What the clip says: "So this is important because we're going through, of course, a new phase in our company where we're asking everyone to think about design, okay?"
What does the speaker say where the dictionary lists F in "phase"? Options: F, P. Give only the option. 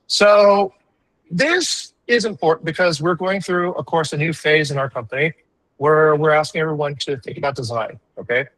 F